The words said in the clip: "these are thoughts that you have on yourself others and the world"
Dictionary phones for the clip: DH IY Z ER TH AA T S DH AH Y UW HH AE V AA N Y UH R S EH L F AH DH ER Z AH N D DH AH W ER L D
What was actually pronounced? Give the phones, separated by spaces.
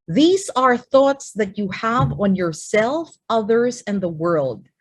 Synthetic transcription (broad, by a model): DH IY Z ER TH AA T S DH AH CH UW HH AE V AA N Y UH R S EH L F AH DH ER Z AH N DH AH W ER L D